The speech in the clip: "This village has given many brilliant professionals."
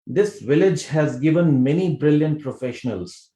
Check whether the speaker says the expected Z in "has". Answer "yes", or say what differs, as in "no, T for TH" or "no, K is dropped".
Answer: yes